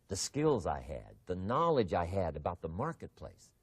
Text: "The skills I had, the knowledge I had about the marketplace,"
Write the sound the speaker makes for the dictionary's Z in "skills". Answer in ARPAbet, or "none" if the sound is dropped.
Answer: Z